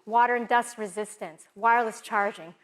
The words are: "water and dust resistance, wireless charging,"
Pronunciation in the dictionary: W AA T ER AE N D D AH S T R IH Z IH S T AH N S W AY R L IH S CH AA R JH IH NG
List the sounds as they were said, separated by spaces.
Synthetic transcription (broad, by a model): W AA T ER N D D AH S T R IH Z IH S T AH N S W AY R L IH S CH AA R JH IH NG